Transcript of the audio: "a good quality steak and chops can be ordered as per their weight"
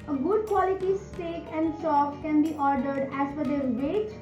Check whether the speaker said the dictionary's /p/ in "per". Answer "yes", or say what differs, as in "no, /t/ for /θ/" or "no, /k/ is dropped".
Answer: no, /f/ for /p/